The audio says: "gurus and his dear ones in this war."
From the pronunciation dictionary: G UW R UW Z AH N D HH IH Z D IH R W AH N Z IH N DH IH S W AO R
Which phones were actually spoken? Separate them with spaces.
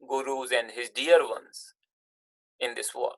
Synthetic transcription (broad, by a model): G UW R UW Z AH N D HH IH Z D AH R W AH N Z IH N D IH S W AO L